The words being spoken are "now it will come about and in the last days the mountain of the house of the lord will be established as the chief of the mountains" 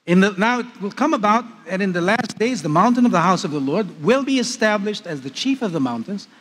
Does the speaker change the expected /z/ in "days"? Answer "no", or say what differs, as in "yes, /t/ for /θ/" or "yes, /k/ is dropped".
no